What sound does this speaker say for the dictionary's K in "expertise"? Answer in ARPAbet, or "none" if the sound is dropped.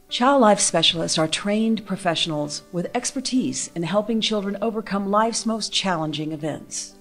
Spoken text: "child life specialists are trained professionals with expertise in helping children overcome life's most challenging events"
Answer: K